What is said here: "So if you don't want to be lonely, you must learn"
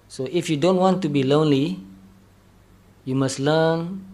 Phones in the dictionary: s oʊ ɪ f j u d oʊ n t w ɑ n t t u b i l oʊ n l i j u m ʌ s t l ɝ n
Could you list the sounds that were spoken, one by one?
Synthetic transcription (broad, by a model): s oʊ ɪ f j u d oʊ n t w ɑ n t t u b i l oʊ n l i j u m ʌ s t l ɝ n